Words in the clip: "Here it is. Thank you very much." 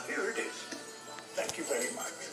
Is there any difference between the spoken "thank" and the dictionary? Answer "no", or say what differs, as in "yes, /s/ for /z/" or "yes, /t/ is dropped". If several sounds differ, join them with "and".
yes, /t/ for /θ/